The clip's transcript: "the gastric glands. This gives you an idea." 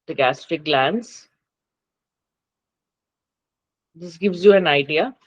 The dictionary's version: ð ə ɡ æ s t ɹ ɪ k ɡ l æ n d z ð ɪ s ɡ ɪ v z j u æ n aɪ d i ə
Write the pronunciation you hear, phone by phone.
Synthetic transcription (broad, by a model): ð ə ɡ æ s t ɪ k ɡ l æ n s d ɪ s ɡ ɪ v z j u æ n aɪ d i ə